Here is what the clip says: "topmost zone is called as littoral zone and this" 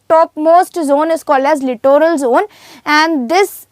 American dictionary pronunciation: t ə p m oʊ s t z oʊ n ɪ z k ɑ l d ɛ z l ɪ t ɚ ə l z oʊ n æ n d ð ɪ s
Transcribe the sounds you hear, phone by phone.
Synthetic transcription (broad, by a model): t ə p m oʊ s t z oʊ n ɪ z k ɑ l d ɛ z l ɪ t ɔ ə l z oʊ n æ n d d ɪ s